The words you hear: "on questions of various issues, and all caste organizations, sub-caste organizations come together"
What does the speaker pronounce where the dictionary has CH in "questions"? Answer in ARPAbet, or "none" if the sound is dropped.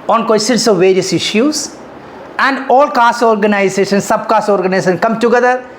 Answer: none